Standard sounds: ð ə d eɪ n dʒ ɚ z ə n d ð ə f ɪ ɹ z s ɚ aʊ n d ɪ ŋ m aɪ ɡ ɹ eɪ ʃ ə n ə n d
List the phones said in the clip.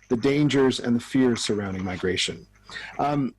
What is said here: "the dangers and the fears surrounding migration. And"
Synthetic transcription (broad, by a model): ð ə d eɪ n dʒ ɚ z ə n ð ə f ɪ ɹ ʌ s ɚ aʊ n d ɪ ŋ m aɪ ɡ ɹ eɪ ə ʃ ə n